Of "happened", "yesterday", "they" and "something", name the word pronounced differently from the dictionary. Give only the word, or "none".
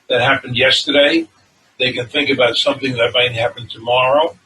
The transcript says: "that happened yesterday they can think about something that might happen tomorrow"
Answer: none